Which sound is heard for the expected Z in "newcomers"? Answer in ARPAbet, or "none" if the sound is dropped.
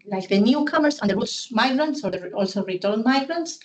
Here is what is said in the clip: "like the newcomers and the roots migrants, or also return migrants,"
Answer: S